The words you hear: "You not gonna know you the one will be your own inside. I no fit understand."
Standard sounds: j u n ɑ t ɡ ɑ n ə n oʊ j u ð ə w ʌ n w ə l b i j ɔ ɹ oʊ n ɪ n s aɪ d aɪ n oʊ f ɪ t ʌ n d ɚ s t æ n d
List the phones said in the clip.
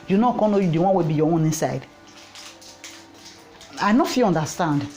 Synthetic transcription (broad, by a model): j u n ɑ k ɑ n n oʊ j u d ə w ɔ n w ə b i j ɔ oʊ n ɪ n s aɪ d aɪ n oʊ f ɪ ɔ n d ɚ s t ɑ n d